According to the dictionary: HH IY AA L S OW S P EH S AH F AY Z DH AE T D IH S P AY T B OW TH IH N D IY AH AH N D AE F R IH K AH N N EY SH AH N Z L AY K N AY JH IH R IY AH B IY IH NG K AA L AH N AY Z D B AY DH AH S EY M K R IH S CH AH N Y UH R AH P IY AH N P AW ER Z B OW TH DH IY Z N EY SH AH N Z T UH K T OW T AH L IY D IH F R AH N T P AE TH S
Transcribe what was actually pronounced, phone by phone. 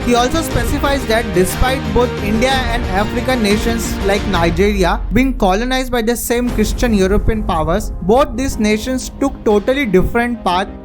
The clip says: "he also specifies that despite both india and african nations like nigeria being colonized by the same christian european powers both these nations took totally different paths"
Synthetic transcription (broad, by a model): HH IY AA L S OW S P EH S AH F AY Z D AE T D IH S P AY T B OW T IH N D IY AH AH N D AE F R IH K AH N N EY SH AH N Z L AY K N AY JH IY R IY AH B IY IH NG K AA L AH N AY Z D B AY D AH S EY M K R IH S CH AH N Y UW R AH P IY AH N P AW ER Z B OW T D IY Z N EY SH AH N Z T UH K T OW T AH L IY D IH F R AH N T P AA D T